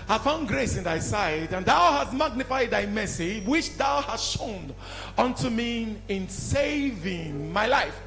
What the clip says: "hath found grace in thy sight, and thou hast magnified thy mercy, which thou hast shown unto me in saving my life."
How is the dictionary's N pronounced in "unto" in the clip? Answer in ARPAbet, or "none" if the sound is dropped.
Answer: N